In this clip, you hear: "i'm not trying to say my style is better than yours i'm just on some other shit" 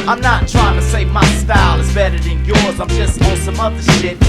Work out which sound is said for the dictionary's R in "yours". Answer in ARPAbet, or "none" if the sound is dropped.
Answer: R